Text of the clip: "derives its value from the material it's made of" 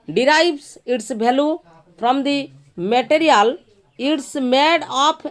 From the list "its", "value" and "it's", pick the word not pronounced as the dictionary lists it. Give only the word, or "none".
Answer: value